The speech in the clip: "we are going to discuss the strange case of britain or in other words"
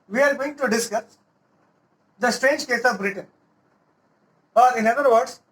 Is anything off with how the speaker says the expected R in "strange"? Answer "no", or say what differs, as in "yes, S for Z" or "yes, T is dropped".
no